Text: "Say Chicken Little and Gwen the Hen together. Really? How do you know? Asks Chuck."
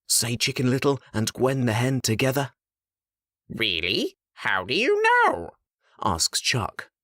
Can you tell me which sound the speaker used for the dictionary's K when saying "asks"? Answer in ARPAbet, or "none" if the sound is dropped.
K